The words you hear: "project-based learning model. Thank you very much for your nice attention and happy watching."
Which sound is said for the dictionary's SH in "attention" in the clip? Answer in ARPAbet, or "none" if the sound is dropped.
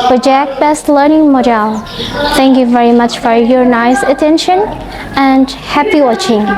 SH